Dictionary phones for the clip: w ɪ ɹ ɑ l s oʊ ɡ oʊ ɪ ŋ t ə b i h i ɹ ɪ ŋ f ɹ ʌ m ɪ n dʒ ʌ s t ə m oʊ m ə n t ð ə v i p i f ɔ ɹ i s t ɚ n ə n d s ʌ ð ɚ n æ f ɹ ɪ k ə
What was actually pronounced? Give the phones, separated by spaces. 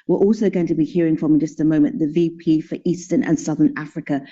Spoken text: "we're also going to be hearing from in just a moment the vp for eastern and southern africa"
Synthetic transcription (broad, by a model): w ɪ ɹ ɑ l s oʊ ɡ oʊ ɪ ŋ t ə b i h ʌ ɹ ɪ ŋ f ɹ ʌ m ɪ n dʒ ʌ s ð ə m oʊ m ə n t ð ə v i p i f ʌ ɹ i s t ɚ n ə n s ʌ ð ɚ n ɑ f ɹ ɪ k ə